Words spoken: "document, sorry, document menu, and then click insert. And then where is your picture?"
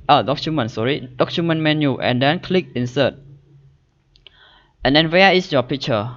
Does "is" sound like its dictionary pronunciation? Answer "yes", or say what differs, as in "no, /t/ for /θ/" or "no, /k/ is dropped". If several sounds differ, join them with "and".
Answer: no, /s/ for /z/